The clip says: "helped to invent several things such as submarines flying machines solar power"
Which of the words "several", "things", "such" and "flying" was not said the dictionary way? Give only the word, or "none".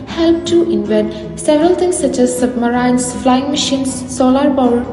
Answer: things